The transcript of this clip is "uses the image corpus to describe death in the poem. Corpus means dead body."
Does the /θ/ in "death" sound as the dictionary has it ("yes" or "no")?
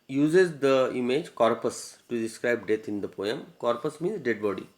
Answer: no